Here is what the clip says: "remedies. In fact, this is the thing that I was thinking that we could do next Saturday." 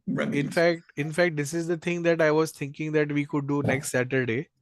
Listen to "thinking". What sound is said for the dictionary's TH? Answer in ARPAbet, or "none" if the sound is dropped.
T